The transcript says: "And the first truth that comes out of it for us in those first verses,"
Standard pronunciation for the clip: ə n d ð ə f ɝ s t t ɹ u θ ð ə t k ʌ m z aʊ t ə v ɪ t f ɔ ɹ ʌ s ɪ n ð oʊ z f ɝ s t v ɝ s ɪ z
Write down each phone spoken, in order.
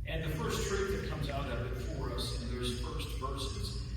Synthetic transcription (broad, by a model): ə n ð ə f ɝ s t t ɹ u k ð ə t k ʌ m z aʊ t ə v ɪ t f ɔ ɹ ʌ s ɪ n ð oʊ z f ɝ s t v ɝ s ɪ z